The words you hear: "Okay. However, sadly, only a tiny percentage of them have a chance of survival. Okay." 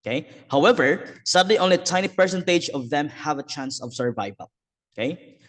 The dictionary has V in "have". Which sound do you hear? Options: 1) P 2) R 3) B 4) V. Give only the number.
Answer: 4